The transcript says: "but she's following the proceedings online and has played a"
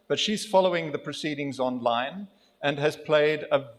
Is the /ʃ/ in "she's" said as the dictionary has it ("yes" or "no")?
yes